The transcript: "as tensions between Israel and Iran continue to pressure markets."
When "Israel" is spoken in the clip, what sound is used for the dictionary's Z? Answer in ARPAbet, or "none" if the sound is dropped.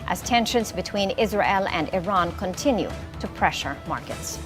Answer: Z